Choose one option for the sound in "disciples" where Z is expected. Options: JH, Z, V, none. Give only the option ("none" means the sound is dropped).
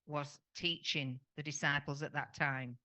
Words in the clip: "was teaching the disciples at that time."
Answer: Z